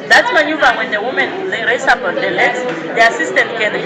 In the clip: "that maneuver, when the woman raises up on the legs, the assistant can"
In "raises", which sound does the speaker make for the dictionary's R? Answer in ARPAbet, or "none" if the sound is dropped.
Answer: L